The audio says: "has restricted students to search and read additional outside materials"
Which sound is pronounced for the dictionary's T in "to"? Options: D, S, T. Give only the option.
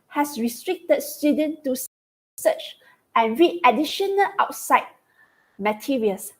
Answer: S